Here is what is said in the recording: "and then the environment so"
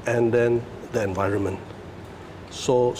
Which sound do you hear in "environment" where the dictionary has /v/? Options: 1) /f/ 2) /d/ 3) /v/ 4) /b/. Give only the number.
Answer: 3